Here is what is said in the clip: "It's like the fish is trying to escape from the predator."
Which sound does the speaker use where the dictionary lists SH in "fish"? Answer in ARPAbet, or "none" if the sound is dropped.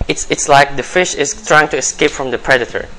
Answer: SH